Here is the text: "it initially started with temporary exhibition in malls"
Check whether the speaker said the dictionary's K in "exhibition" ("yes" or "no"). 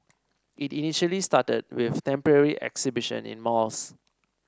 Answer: yes